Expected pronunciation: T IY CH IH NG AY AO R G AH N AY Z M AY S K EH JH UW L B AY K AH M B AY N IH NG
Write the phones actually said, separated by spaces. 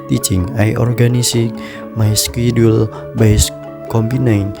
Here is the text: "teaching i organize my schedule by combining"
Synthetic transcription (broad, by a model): T IY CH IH NG AY AO R G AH N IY S M AY S K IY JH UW L B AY K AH M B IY N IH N